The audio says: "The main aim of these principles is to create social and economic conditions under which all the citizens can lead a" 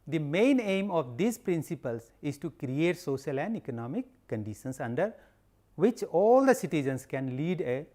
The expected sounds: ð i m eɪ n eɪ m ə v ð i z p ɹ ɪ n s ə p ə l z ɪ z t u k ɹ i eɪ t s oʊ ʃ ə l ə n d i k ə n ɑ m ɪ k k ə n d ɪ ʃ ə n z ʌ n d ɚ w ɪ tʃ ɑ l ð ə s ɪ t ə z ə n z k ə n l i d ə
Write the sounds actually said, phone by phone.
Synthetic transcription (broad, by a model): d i m eɪ n eɪ m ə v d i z p ɹ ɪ n s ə p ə l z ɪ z t u k ɹ i eɪ t s oʊ ʃ ə l ə n d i k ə n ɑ m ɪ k k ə n d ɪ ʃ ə n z ʌ n d ɚ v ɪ tʃ ɑ l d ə s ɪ t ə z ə n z k ə n l i d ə